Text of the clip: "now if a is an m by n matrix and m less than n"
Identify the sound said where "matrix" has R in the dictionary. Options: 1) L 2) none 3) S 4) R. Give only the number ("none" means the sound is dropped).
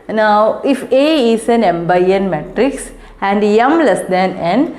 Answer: 4